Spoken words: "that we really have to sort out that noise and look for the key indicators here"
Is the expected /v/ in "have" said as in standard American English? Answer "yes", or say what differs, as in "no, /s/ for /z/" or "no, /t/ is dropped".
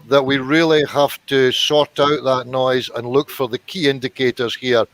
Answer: no, /f/ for /v/